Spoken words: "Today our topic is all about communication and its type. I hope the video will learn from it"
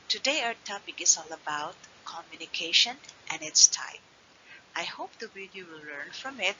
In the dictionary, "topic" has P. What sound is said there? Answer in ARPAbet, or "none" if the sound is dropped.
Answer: B